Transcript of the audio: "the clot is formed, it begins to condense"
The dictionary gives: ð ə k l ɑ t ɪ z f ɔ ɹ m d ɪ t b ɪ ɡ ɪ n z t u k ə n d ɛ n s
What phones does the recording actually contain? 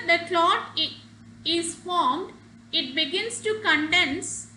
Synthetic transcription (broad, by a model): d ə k l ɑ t ɪ z f ɔ ɹ m d ɪ t b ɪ ɡ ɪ n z t u k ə n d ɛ n s